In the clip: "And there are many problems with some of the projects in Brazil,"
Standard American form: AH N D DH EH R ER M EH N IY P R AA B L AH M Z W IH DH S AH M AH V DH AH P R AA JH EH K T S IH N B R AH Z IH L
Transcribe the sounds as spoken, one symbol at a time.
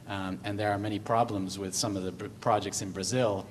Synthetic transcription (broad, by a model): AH N DH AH R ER M EH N IY P R AA B L AH M Z W IH DH S AH M AH V DH AH P R AA JH EH K T S IH N B R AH Z IH L